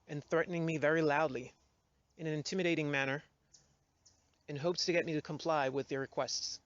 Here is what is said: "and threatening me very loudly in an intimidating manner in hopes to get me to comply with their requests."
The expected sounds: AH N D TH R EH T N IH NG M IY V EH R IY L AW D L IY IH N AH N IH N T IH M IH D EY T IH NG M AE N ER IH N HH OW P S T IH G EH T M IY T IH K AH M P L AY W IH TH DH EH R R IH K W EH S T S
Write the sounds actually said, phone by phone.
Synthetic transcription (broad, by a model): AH N TH R EH T N IH NG M IY V EH R IY L AW D L IY IH N AH N IH N T IH M IH D EY T IH NG M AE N ER IH N HH OW P S T IH G EH T M IY T IH K AH M P L AY W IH DH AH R R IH K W EH S T S